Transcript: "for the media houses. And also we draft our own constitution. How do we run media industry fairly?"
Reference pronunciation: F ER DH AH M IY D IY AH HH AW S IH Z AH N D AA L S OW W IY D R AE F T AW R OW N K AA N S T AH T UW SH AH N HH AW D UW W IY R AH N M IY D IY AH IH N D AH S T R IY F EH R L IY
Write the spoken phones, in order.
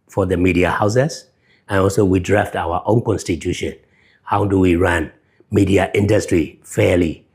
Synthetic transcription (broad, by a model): F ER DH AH M IY D IY AH HH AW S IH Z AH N AA L S OW W IY D R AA F T AW W OW N K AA N S T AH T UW SH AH N HH AW D UW W IY R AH N M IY D IY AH IH N D AH S T R IY F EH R L IY